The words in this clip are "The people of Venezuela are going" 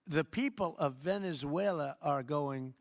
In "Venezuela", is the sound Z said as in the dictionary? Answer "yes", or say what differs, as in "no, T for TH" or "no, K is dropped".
yes